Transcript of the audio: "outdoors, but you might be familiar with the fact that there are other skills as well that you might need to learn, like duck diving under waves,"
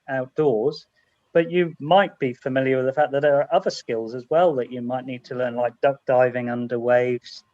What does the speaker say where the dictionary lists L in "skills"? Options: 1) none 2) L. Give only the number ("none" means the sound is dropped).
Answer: 2